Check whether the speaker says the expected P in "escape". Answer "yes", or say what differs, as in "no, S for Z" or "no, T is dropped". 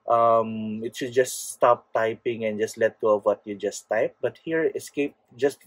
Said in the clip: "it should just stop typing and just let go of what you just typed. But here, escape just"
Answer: yes